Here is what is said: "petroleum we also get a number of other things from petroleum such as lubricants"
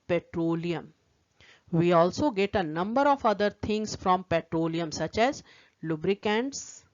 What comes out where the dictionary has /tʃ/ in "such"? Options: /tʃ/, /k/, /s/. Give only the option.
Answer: /tʃ/